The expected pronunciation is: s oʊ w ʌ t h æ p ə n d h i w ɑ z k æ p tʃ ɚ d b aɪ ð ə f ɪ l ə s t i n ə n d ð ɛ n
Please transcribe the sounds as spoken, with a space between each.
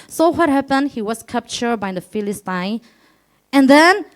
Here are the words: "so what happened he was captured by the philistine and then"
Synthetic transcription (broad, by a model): s oʊ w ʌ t h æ p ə n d h i w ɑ s k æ p tʃ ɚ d b aɪ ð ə f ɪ l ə s t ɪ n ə n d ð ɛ n